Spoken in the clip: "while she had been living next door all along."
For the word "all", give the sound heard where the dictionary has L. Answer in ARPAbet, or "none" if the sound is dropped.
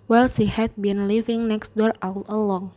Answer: W